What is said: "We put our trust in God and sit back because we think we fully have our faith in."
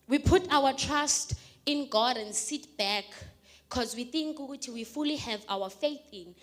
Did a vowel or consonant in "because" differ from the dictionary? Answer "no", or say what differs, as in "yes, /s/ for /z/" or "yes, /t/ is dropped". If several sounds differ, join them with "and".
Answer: no